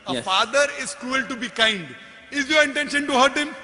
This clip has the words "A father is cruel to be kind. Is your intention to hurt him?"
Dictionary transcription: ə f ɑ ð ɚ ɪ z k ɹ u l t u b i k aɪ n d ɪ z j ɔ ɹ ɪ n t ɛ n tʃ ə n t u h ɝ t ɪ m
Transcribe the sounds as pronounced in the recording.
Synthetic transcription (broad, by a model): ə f ɑ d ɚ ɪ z k ɹ u l t u b i k aɪ n d ɪ z j ɔ ɹ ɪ n t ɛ n ʃ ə n t u h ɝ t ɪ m